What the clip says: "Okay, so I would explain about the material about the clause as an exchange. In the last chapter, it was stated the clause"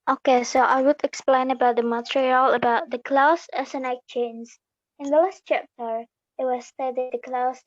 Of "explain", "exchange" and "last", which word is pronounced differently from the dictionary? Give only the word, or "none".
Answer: exchange